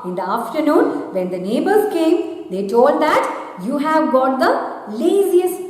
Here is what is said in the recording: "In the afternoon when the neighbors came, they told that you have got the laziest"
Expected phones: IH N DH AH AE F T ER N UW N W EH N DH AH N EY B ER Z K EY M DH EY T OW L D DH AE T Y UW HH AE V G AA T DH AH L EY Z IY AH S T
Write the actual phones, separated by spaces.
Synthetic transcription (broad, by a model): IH N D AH AE F T ER N UW N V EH N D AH N EY B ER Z K EY M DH EY T OW L D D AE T Y UW HH AE V G AA T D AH L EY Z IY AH S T